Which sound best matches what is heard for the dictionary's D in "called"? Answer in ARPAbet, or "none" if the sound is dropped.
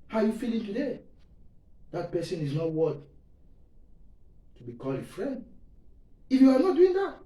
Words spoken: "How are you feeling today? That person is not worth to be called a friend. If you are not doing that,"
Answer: none